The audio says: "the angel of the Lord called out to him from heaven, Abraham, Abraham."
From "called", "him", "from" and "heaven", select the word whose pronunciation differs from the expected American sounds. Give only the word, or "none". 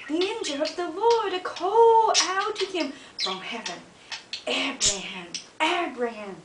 called